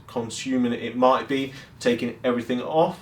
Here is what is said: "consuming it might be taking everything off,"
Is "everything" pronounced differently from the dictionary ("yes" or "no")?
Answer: no